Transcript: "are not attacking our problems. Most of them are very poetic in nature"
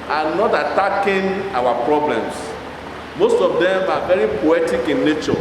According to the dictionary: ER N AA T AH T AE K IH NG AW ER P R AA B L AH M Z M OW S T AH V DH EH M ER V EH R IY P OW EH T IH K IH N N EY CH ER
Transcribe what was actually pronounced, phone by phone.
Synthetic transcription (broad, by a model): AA N AA T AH T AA K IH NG AW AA P R AA B L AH M S M OW S T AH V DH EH M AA V EH R IY P OW EH T IH K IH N N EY CH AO